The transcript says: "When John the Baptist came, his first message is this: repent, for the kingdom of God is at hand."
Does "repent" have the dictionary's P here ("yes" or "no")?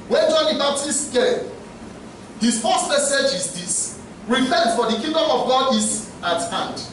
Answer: no